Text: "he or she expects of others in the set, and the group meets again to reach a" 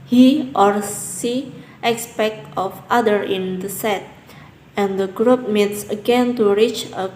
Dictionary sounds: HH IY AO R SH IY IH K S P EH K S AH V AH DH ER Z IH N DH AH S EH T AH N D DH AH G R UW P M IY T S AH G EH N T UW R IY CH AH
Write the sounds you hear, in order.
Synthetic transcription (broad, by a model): HH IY AO R S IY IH K S P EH K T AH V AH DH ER IH N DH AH S EH T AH N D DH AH G R UW P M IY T S AH G EH N T UW R IY CH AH